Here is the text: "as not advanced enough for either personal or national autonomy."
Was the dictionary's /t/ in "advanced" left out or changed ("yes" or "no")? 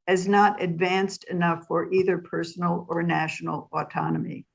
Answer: no